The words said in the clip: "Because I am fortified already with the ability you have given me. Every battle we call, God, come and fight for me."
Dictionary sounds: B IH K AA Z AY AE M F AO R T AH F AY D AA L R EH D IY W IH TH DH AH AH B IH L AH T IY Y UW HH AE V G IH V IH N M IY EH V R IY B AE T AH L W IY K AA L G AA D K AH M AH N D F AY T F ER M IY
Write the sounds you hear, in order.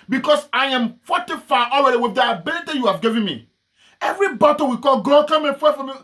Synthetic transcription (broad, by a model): B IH K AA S AY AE M F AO T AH F AY AA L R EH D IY W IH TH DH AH AH B IH L AH T IY Y UW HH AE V G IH V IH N M IY EH V R IY B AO T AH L W IY K AA L G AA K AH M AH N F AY F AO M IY